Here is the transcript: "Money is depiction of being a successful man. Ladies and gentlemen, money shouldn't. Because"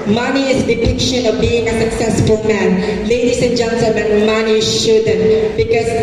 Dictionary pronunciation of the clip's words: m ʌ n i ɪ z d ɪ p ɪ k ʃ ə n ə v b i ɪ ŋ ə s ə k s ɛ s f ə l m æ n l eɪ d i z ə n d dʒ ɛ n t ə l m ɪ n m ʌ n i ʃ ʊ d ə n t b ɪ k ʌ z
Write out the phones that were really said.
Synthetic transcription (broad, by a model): m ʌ n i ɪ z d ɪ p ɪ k ʃ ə n ə v b i ɪ ŋ ə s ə k s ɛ s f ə l m æ n l eɪ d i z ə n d dʒ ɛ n s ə m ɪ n m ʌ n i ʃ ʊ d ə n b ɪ k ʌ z